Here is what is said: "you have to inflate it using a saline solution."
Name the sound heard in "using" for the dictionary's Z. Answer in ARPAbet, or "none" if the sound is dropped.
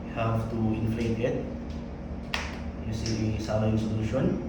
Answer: S